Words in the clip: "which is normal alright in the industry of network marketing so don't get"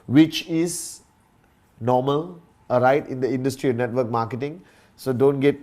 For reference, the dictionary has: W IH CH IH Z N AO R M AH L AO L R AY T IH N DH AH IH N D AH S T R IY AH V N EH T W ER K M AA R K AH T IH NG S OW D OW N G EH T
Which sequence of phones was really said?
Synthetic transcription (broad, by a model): W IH CH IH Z N AO M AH L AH R AY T IH N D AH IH N D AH S T R IY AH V N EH T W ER K M AA K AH T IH NG S OW D OW N G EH T